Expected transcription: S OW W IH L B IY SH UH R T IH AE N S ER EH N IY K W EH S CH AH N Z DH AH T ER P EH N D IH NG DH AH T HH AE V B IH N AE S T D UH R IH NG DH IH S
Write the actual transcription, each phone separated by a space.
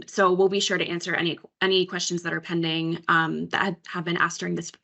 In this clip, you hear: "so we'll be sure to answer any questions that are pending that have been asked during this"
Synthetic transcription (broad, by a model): S OW W IH L B IY SH UH R T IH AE N S ER EH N IY K W EH S CH AH N Z DH AH T ER P EH N D IH NG DH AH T HH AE V B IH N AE S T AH R IH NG DH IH S